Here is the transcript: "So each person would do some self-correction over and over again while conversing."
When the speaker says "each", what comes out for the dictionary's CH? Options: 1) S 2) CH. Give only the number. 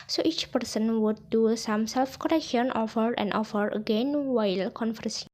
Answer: 2